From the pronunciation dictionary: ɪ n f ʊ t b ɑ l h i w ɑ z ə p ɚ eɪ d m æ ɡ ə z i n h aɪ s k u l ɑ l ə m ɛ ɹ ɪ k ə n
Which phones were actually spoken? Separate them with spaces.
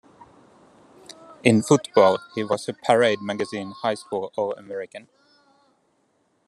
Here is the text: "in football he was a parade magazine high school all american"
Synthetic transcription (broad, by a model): ɪ n f ʊ t b ɑ l h i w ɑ s ə p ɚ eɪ d m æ ɡ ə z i n h aɪ s k u l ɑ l ə m ɛ ɹ ɪ k ə n